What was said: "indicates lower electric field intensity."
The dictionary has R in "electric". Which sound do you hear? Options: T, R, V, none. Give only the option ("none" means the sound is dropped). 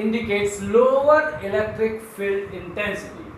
R